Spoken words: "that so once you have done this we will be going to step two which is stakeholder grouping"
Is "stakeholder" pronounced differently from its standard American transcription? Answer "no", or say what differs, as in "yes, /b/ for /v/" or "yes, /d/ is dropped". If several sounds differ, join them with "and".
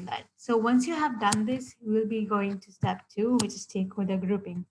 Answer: yes, /l/ is dropped